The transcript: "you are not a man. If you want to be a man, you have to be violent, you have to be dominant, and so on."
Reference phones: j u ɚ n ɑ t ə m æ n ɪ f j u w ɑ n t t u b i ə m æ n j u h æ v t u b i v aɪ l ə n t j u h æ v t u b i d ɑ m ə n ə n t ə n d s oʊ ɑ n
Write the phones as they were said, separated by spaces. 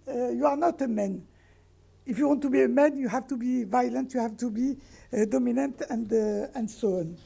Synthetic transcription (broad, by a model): j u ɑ n ɑ t ə m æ n ɪ f j u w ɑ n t t u b i ə m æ n j u h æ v t u b i v aɪ l ə n t j u h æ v t u b i d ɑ m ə n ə n t ə n d s oʊ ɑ n